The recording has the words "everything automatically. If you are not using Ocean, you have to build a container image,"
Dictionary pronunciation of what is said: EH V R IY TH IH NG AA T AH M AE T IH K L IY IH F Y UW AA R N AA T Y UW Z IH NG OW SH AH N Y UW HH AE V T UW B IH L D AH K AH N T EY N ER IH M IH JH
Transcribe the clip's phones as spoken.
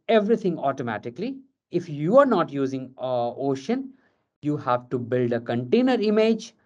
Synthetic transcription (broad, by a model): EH V R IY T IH NG AA T AH M AE T IH K L IY IH F Y UW AA R N AA T Y UW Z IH NG OW SH AH N Y UW HH AE V T UW B IH L D AH K AH N T EY N ER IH M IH JH